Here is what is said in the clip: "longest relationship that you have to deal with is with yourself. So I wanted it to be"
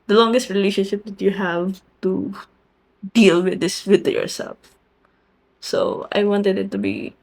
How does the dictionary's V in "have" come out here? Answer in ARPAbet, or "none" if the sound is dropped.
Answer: V